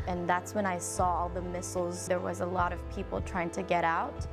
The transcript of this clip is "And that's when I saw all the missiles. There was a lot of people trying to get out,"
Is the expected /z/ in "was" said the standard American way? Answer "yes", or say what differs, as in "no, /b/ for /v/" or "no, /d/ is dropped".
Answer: yes